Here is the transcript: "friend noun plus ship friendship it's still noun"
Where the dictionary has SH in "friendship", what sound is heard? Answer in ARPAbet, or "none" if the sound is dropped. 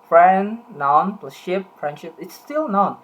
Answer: SH